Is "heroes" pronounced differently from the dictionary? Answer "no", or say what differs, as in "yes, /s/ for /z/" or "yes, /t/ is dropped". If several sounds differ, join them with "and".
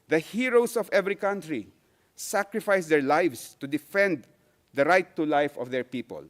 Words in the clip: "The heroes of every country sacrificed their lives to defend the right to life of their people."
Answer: yes, /s/ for /z/